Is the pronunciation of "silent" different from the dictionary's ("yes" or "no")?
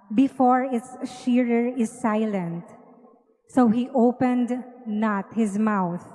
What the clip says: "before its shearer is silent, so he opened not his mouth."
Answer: no